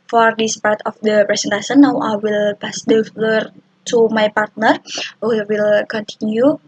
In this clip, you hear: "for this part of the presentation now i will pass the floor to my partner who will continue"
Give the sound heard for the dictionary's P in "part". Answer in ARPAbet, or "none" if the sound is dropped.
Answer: P